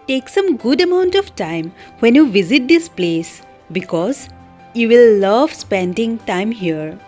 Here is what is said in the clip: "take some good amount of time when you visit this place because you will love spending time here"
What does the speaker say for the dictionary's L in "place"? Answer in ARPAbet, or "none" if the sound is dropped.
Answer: L